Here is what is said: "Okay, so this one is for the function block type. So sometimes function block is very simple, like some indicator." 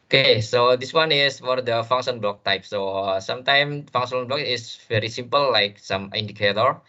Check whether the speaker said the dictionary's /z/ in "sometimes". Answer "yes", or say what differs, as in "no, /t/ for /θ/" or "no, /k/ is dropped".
no, /z/ is dropped